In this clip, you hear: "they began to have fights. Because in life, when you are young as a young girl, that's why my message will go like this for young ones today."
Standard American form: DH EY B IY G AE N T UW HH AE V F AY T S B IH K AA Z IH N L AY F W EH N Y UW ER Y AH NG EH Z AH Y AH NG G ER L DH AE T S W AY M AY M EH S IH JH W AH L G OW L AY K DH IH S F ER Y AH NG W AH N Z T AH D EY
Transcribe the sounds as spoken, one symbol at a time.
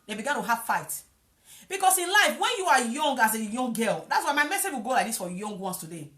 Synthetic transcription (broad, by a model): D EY B IY G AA N T UW HH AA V F AY T B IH K AA S IH N L AY F W EH N Y UW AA Y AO NG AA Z AH Y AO NG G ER L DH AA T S W AY M AY M EH S IH JH W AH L G OW L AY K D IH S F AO Y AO NG W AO N S T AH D EY